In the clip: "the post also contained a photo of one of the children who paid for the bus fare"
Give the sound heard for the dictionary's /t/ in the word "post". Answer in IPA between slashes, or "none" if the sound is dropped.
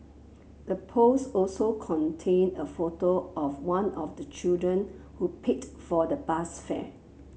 none